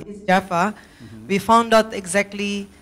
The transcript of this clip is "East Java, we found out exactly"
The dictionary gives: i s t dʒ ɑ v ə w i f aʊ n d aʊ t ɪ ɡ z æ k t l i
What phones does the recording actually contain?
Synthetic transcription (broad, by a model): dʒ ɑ f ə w i f aʊ n d aʊ t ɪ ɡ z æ k t l i